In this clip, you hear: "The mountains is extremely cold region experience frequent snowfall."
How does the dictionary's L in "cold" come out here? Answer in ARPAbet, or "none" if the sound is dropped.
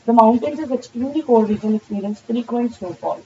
none